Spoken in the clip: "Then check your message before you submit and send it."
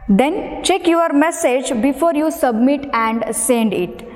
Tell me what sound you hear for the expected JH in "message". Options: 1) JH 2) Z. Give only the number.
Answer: 1